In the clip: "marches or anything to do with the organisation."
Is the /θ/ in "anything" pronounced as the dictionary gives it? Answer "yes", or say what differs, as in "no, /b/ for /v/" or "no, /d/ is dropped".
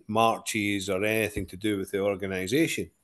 yes